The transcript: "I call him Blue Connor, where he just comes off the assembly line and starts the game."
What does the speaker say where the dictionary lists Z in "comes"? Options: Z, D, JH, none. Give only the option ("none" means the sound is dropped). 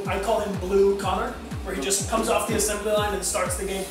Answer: Z